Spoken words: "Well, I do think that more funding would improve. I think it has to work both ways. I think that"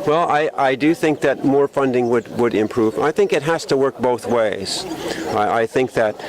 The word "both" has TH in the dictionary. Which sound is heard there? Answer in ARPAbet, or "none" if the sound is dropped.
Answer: TH